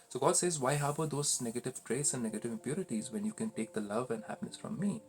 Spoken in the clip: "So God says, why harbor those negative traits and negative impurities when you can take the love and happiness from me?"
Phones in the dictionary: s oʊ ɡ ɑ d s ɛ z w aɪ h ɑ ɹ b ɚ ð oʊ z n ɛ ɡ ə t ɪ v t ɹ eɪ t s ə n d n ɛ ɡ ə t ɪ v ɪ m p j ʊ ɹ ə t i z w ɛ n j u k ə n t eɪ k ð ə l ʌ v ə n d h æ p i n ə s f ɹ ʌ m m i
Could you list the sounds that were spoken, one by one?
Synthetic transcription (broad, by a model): s oʊ ɡ ɑ d s ɛ z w aɪ h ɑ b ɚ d oʊ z n ɛ ɡ ə t ɪ v t ɹ eɪ t s ə n d n ɛ ɡ ə t ɪ v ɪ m p j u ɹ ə t i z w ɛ n j u k ə n t eɪ k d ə l ʌ v ə n d h æ p i n ə s f ɹ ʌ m m i